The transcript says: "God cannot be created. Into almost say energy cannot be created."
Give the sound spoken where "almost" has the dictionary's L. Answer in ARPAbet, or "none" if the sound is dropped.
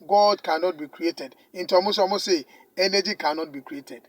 none